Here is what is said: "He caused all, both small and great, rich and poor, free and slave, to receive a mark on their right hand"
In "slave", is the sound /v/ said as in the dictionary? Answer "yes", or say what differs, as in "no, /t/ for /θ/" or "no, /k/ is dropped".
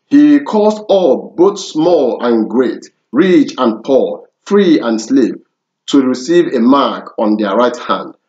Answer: no, /p/ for /v/